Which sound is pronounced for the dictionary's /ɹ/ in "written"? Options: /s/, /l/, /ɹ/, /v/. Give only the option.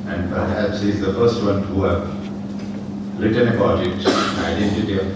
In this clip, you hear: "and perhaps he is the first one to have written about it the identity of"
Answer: /l/